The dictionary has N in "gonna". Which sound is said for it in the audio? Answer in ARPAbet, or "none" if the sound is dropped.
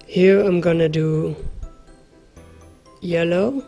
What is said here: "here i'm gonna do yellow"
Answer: N